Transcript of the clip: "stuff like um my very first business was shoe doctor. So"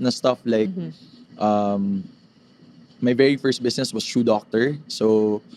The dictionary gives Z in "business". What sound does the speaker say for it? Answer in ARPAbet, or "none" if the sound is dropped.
S